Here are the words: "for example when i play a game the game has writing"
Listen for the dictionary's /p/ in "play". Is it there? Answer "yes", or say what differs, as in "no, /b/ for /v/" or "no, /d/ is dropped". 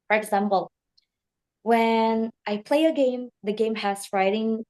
yes